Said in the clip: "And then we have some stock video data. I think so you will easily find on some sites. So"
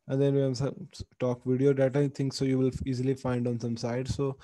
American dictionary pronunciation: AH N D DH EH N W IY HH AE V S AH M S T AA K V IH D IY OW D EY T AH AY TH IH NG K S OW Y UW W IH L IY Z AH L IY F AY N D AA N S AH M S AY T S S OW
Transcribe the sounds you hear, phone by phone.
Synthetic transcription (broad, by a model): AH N D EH N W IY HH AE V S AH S T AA K V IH D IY OW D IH T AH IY T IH NG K S OW Y UW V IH L IY Z AH L IY F AY N D AA N S AH M S AY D S OW